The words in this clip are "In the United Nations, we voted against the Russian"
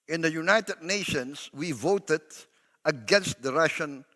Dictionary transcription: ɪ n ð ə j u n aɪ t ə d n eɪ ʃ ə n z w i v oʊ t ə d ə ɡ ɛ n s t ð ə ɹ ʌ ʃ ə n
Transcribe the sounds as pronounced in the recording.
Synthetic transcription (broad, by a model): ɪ n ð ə j u n aɪ t ə d n eɪ ʃ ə n s w i v oʊ t ə d ə ɡ ɛ n s t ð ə ɹ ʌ ʃ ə n